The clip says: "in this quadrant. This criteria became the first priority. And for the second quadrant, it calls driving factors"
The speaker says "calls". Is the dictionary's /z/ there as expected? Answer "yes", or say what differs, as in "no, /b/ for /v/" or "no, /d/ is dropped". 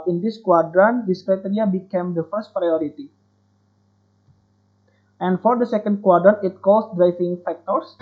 no, /s/ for /z/